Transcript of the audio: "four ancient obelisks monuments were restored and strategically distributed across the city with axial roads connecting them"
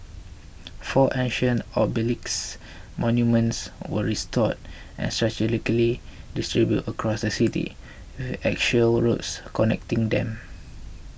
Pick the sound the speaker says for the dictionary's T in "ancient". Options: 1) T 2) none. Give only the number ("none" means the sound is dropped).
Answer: 2